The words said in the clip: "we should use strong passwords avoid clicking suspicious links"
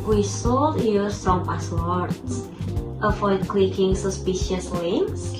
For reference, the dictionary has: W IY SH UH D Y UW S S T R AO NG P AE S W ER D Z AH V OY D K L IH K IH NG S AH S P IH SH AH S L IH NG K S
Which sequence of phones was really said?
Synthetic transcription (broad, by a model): W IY S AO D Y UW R S T R AO NG P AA S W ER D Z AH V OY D K L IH K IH NG S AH S P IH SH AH S L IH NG K S